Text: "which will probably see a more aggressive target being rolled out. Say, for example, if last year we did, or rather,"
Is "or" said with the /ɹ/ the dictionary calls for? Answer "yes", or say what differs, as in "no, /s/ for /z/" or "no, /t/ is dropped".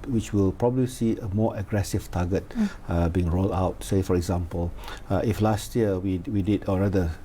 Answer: no, /l/ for /ɹ/